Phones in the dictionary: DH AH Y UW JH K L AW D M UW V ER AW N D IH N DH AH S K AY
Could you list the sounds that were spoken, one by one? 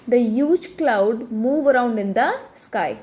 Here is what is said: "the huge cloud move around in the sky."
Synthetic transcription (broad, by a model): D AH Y UW JH K L AW D M UW V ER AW N D IH N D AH S K AY